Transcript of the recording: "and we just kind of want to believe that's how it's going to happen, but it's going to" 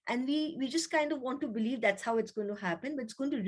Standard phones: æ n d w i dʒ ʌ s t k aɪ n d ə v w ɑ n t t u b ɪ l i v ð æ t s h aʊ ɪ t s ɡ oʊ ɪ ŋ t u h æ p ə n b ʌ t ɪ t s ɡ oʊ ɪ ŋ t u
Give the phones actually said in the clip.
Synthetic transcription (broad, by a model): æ n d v i dʒ ʌ s t k aɪ n d ə v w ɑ n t t u b ɪ l i v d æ t s h aʊ ɪ t s ɡ oʊ ɪ ŋ t u h æ p ə n b ʌ t ɪ t s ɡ oʊ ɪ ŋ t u